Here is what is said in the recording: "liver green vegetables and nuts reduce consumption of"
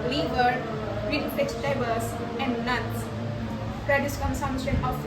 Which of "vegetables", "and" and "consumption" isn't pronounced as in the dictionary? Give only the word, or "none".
vegetables